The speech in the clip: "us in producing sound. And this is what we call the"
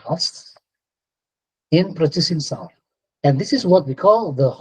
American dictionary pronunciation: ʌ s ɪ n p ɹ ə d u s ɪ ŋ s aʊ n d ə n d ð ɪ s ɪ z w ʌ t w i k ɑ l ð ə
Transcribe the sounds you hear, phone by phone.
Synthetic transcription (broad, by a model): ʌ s ɪ n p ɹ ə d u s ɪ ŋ s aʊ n ə n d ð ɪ s ɪ z w ʌ t w i k ɑ l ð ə